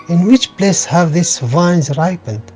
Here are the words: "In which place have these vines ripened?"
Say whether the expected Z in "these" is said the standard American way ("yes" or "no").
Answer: no